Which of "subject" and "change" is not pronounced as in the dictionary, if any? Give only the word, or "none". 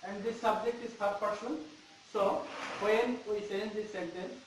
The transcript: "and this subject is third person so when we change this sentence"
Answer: change